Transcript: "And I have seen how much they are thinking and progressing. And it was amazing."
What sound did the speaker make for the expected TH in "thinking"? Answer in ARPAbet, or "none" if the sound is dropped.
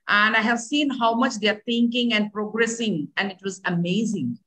T